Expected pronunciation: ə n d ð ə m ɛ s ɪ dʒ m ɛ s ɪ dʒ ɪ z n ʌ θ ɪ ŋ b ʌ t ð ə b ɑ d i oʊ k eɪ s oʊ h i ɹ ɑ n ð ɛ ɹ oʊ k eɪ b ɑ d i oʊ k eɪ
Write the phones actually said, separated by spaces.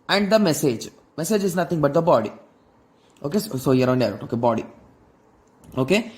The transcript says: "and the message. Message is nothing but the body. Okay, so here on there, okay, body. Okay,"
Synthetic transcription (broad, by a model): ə n d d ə m ɛ s ɪ dʒ m ɛ s ɪ dʒ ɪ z n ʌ t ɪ ŋ b ʌ t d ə b ɑ d i oʊ k eɪ s oʊ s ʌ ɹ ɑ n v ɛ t oʊ k eɪ b ɑ d i oʊ k eɪ